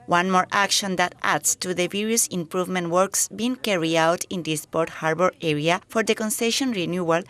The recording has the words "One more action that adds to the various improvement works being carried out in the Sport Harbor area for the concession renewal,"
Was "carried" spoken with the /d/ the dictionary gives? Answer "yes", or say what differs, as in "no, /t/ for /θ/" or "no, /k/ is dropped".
no, /d/ is dropped